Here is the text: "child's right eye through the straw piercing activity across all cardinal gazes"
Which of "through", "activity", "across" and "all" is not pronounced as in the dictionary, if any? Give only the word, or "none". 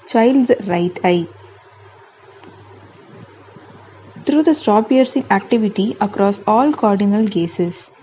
through